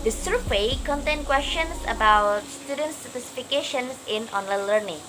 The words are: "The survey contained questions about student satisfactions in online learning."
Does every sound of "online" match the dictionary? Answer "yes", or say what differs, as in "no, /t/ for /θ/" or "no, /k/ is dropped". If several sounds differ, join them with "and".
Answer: yes